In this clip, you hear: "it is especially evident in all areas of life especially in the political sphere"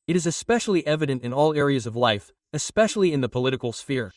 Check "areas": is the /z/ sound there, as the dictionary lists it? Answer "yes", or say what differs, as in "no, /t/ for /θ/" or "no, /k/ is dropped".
yes